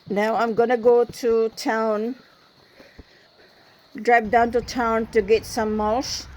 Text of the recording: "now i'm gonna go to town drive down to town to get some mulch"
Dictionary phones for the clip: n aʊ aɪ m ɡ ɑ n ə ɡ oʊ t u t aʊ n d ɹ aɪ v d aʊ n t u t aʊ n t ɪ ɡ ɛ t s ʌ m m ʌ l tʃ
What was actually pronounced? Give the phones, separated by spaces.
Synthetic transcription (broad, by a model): n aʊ aɪ m ɡ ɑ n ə ɡ oʊ t u t aʊ n d ɹ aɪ p d aʊ n t u t aʊ n t ɪ ɡ ɛ t s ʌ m m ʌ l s